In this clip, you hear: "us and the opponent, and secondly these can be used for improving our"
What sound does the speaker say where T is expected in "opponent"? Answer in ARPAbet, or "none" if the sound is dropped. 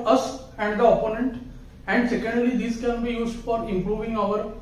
T